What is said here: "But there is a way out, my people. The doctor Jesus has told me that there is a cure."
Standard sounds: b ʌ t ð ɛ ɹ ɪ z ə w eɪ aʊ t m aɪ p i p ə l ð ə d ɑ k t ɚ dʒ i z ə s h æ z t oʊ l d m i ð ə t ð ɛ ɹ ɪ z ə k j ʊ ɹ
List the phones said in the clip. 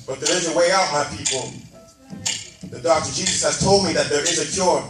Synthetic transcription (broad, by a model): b ʌ t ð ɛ ɹ ɪ z ə w eɪ aʊ t m aɪ p i p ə l ð ə d ɑ k t ɚ dʒ i z ə s h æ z t oʊ l d m i ð ə t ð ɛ ɹ ɪ z ə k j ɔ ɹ